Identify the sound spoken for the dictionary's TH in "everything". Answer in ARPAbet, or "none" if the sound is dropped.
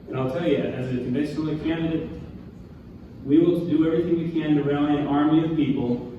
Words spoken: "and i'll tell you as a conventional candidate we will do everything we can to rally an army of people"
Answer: TH